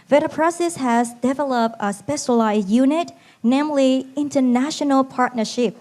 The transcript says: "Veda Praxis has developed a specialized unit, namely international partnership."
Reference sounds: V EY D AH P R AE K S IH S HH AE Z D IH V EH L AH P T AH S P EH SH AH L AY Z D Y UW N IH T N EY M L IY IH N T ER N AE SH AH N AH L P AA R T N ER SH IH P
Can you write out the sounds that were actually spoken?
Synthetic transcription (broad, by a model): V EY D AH P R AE S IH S HH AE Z D IH V EH L AH P T AH S P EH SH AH L AY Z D Y UW N IH T N EY M L IY IH N T ER N AE SH AH N AH L P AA R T N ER SH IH P